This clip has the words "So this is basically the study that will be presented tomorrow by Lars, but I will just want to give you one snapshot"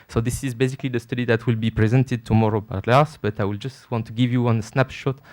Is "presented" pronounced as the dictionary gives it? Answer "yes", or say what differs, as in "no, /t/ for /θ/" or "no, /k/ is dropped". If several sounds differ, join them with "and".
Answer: yes